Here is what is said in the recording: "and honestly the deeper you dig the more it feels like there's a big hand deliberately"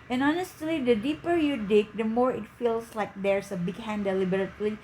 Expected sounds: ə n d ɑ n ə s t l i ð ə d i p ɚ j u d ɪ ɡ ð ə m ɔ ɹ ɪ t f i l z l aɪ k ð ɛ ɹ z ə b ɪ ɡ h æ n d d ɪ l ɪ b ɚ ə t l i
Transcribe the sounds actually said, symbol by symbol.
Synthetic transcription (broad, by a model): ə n ɑ n ə s t l i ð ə d i p ɚ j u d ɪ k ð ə m ɔ ɹ ɪ t f i l s l aɪ k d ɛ ɹ s ə b ɪ ɡ h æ n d d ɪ l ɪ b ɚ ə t l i